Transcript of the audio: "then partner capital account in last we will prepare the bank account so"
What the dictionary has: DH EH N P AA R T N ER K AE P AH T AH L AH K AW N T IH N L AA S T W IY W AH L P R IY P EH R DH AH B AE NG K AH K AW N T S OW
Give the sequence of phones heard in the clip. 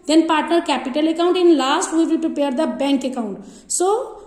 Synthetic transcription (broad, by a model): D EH N P AA R T N ER K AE P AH T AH L AH K AW N T IH N L AA S T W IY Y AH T P IY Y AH R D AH B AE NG K AH K AW N T S OW